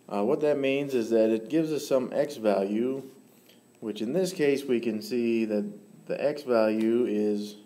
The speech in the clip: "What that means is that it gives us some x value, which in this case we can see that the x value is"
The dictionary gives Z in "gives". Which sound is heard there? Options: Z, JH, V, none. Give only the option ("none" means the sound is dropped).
Z